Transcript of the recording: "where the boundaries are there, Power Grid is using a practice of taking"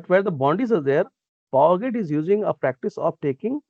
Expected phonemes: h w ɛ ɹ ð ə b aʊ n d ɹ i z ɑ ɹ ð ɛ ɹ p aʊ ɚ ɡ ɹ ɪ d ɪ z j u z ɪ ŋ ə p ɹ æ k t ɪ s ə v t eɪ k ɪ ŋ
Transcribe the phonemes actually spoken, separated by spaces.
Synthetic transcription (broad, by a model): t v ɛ ɹ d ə b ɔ n d i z ɑ ɹ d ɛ ɹ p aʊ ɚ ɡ ɪ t ɪ z j u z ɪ ŋ ə p ɹ æ k t ɪ s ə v t eɪ k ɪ ŋ